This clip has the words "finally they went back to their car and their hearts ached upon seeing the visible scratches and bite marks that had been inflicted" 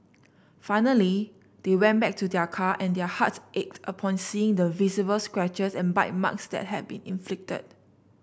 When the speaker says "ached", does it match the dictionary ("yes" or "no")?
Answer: yes